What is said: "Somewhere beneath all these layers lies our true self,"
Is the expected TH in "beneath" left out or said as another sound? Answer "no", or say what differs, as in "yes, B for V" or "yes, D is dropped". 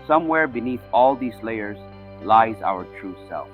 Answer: no